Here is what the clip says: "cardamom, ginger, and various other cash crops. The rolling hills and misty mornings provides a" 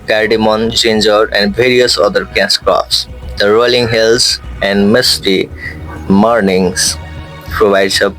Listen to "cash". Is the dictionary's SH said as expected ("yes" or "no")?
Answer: no